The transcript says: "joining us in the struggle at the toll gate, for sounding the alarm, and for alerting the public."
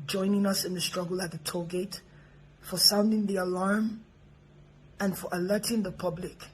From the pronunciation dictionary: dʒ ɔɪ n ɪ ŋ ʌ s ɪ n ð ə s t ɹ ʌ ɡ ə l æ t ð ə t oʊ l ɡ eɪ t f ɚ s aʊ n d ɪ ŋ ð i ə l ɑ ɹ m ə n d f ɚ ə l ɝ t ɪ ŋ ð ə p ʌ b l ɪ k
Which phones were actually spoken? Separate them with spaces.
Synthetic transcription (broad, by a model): dʒ ɔɪ n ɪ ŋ ʌ s ɪ n ð ə s t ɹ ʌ ɡ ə l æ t ð ə t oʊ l ɡ eɪ t f ɚ s aʊ n d ɪ ŋ ð i ə l ɑ ɹ m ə n f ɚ ə l ɝ t ɪ ŋ ð ə p ʌ b l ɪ k